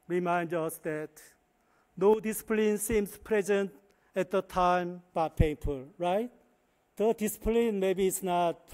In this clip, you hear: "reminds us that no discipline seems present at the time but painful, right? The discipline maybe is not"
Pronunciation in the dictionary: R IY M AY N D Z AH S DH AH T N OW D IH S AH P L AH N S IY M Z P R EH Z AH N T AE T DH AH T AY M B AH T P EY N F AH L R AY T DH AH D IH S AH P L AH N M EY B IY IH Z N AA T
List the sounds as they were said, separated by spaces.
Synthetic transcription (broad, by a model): R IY M AY N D AH S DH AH T N OW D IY S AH P L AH N S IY M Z P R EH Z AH N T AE T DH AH T AY M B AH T P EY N P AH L R AY T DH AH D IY S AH P L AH N M EY B IY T S N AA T